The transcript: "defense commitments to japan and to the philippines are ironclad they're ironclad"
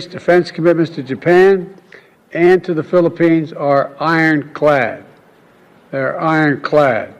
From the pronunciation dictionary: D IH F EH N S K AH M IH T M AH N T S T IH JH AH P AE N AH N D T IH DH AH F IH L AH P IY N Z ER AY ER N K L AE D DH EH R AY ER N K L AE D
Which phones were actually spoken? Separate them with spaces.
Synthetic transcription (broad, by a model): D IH F EH N S K AH M IH T M AH N T S T IH JH AH P AE N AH N T IH DH AH F IH L AH P IY N Z ER AY ER N K L AE D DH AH R AY ER N K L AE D